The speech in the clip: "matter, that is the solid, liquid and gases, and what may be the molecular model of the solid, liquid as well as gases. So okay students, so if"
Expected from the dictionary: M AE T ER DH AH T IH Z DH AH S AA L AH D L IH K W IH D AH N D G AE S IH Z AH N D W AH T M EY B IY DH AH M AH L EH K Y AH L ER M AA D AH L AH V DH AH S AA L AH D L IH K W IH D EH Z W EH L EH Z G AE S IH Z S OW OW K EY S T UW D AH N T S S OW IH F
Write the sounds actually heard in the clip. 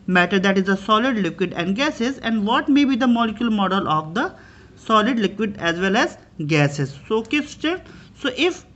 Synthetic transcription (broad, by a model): M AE T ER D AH T IH Z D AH S AA L AH D L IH K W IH D AH N D G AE S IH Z AH N D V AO T M EY B IY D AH M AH L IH K Y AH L M AA D AH L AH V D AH S AA L AH D L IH K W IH D EH Z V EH L EH Z G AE S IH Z S OW OW K EY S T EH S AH T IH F